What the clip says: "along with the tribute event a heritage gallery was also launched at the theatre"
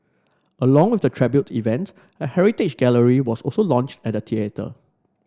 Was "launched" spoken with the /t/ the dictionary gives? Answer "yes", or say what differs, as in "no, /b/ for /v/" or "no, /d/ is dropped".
yes